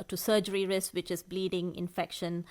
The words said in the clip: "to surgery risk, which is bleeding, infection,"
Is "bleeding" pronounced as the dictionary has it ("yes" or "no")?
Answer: yes